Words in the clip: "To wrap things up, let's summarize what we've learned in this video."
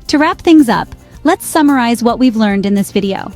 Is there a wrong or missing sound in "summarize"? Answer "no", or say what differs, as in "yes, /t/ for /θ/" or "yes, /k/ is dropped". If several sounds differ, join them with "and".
no